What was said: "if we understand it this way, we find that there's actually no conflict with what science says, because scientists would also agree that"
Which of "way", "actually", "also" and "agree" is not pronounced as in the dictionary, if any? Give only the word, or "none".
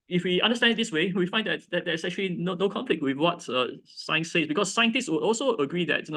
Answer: actually